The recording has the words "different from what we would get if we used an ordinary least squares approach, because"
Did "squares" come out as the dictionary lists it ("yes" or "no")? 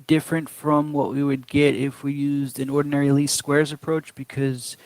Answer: yes